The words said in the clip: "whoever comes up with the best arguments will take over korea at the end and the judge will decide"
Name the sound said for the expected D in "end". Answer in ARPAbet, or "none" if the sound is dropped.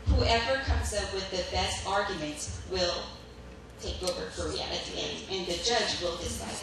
none